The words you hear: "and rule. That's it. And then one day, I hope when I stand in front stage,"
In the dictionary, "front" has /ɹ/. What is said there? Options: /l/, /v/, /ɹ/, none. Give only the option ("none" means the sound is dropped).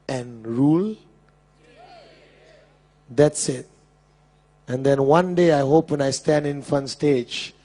none